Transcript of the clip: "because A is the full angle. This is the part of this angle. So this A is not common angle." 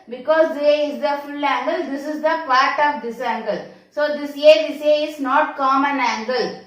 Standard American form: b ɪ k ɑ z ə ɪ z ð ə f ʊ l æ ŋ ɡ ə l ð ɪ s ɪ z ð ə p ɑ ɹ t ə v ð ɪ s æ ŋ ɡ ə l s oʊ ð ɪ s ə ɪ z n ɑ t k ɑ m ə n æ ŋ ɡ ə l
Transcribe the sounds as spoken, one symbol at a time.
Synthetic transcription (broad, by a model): b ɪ k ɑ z ə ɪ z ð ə f ʊ l æ ŋ ɡ ə l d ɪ s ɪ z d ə p ɑ ɹ t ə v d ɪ s æ ŋ ɡ ə l s oʊ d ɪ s ə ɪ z n ɑ t k ɑ m ə n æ ŋ ɡ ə l